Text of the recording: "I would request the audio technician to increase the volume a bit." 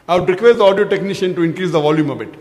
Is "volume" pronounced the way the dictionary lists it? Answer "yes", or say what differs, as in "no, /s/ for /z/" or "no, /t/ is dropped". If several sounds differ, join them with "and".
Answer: yes